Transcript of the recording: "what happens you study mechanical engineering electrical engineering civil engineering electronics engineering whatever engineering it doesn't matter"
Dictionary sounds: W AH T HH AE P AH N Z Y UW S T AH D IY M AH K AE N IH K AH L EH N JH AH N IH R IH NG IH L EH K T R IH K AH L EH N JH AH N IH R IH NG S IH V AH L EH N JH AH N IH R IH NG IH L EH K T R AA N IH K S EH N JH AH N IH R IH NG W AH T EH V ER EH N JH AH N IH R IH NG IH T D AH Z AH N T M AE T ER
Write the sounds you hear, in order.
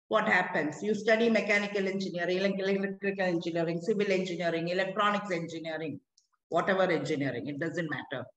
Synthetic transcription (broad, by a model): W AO T HH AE P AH N S Y UW S T AH D IY M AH K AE N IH K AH L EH N JH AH N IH R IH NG IH L EH K T R IH K AH L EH N JH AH N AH R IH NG S IH V AH L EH N JH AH N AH R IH NG IH L EH K T R AA N IH K S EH N JH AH N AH R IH NG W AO T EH V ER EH N JH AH N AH R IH NG IH T D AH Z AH N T M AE T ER